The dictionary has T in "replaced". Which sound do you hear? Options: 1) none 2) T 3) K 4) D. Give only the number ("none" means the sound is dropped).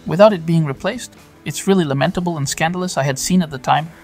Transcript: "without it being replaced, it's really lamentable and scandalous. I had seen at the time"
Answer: 2